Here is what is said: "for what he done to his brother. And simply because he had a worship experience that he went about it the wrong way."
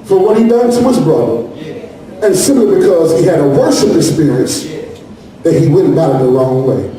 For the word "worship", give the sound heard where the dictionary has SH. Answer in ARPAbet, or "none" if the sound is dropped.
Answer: S